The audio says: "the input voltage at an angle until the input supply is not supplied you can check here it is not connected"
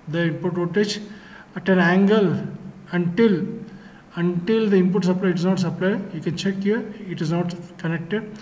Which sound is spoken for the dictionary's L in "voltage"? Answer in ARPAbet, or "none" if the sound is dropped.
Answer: none